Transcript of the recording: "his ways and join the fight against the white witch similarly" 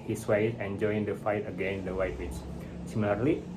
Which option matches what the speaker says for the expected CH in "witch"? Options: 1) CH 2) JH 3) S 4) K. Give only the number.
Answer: 3